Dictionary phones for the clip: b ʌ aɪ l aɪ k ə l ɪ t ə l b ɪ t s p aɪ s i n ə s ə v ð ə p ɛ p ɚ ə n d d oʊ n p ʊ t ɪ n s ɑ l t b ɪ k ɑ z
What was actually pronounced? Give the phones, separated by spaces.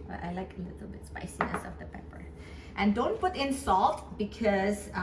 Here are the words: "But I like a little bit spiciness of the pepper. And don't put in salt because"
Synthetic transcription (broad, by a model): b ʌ aɪ l aɪ k ə l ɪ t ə l b ɪ t s p aɪ s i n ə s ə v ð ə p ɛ p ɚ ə n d d oʊ n p ʊ t ɪ n s ɑ l t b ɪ k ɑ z